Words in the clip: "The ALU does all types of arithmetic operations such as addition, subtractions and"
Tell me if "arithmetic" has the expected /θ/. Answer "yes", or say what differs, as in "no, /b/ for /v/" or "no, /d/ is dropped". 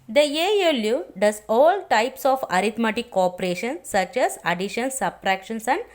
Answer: no, /t/ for /θ/